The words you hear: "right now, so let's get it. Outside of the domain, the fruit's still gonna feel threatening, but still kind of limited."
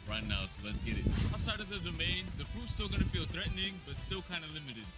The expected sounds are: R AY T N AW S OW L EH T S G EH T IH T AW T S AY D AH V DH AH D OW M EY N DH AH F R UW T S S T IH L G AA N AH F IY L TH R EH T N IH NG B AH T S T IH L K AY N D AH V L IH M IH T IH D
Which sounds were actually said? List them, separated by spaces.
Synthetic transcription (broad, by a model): R AY T N AW S OW L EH T S G EH T IH T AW S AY D AH V DH AH D OW M EY N DH AH P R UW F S S T IH L G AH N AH F IY L TH R EH T N IH NG B AH T S T IH L K AY N D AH L IH M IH T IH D